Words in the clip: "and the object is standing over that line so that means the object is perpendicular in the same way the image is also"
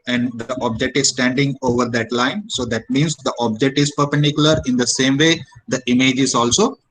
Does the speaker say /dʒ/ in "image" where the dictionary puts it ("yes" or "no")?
yes